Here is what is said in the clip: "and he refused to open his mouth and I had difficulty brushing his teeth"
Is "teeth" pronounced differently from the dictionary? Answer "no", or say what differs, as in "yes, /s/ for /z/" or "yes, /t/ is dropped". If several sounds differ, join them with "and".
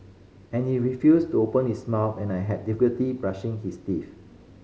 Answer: yes, /f/ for /θ/